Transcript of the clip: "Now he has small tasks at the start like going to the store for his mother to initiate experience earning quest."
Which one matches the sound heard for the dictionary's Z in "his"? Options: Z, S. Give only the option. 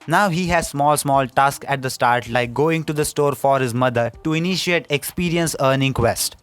Z